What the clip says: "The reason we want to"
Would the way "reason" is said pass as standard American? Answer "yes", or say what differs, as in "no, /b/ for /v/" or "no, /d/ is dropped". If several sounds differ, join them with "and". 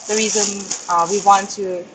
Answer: yes